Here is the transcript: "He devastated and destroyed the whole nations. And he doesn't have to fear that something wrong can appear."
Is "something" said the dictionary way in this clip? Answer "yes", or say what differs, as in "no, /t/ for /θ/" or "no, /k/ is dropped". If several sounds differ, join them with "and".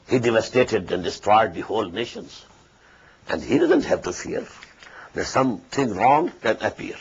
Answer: no, /t/ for /θ/